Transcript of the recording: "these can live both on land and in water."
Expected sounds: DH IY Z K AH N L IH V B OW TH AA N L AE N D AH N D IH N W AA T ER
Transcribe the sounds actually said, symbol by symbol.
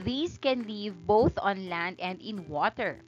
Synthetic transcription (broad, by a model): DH IY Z K AH N L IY V B OW TH AA N L AE N D AH N D IH N W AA T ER